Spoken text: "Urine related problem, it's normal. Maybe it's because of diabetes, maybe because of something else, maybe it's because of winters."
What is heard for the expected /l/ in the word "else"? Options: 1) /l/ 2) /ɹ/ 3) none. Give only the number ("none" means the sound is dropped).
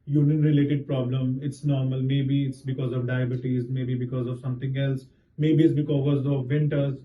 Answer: 1